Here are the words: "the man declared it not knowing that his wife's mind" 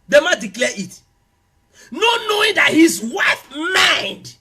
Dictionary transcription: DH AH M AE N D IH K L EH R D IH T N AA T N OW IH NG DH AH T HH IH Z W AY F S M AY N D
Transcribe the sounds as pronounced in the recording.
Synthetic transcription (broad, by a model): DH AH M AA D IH K L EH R IH T N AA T N OW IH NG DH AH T HH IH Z W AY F M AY N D